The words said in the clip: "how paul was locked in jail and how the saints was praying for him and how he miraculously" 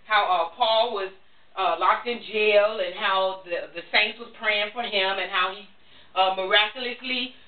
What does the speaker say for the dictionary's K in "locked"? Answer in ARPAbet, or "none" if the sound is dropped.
K